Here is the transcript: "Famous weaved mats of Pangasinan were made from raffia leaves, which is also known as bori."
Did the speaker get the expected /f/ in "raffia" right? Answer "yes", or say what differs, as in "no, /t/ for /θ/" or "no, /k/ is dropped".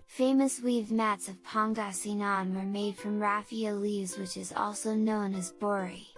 yes